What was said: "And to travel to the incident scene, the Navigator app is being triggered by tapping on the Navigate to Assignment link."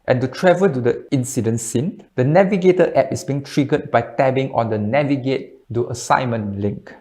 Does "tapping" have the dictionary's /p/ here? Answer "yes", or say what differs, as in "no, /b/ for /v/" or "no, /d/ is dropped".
no, /b/ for /p/